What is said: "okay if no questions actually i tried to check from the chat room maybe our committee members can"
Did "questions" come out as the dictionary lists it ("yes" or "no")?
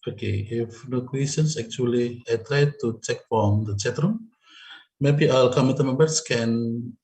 no